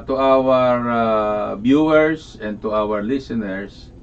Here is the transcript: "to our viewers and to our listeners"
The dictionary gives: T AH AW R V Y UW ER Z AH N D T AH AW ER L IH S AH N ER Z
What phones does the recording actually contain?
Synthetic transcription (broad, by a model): T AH AW R B Y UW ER S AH N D T AH AW ER L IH S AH N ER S